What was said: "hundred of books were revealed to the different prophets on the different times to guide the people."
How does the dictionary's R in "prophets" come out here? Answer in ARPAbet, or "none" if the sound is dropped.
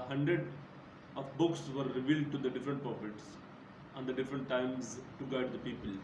none